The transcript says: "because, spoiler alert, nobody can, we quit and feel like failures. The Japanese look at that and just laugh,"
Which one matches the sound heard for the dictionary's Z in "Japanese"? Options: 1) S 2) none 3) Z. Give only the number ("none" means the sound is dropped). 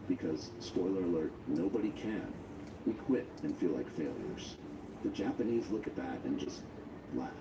3